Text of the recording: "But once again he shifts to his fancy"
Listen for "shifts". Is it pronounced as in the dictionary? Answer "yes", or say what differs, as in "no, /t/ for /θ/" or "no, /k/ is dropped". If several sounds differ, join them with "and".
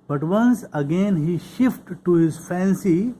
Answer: no, /s/ is dropped